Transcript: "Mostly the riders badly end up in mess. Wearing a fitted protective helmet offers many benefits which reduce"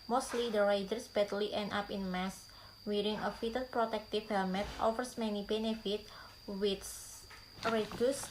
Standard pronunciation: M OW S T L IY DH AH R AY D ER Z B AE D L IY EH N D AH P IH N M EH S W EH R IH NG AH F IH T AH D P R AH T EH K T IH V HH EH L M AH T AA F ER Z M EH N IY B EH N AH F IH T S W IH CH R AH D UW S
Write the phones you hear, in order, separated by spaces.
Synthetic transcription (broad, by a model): M OW S T L IY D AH R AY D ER S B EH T L IY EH N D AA P IH N M EH S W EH R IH NG AH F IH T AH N P R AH T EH K T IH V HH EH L M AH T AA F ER S M EH N IY B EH N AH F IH T W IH S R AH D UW S